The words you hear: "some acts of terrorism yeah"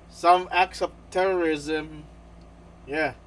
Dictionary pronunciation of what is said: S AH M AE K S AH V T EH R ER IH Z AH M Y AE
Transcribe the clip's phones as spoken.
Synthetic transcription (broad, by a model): S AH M AE K S AH V T EH R ER IH Z AH M Y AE